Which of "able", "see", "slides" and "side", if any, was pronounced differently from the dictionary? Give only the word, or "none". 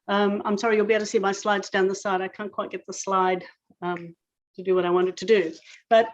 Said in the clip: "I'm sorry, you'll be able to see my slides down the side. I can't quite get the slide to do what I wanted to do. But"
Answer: able